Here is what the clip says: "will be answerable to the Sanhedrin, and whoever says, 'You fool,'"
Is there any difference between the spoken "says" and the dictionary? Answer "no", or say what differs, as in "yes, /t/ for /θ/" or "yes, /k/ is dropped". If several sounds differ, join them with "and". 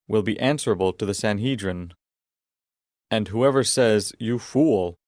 no